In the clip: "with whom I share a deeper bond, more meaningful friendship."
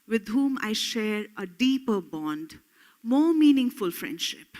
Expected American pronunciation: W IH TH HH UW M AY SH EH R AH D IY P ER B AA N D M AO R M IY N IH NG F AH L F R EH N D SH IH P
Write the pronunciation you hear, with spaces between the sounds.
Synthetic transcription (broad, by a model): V IH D HH UW M AY SH EH R AH D IY P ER B AA N D M AO R M IY N IH NG F AH L F R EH N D SH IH P